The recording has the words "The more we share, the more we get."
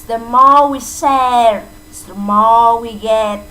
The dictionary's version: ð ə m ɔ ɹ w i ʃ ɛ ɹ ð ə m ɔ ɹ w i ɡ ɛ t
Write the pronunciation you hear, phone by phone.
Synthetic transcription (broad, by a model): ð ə m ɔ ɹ w i s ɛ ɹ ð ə m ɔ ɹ w i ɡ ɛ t